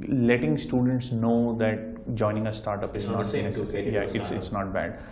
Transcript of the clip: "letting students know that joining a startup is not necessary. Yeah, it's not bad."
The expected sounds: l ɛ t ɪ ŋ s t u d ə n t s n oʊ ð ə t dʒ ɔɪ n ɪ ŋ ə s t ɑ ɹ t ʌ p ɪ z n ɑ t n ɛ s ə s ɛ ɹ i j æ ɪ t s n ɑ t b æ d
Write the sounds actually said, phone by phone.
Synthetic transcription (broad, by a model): l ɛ t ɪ ŋ s t u d ə n t s n oʊ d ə t dʒ ɔɪ n ɪ ŋ ə s t ɑ ɹ t ʌ p ɪ z n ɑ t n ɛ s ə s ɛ i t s ɪ t s n ɑ t b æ d